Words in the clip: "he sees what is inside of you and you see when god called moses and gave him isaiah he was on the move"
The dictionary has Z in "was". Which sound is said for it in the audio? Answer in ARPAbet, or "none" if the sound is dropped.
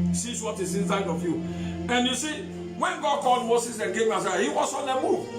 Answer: S